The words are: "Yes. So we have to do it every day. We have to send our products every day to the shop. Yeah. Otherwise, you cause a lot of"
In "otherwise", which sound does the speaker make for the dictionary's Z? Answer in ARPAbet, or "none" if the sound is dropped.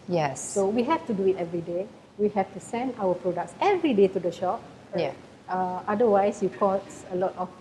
S